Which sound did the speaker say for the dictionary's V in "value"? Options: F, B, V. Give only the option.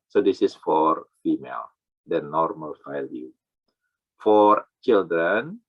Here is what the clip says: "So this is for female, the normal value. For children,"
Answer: F